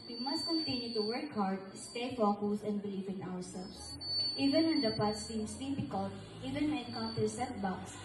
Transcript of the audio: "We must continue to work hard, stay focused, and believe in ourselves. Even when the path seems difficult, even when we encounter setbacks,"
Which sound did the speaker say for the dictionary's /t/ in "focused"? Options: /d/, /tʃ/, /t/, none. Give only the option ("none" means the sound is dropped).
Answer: none